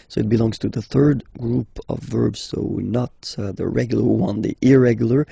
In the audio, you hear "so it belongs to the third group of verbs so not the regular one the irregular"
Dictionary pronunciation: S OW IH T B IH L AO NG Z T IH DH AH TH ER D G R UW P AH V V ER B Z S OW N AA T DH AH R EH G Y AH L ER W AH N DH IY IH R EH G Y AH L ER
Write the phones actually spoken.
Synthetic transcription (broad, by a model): S OW IH T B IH L AO NG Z T IH DH AH TH ER D G R UW P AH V V ER B Z S OW N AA T DH AH R EH G Y L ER W AH N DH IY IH R EH G Y L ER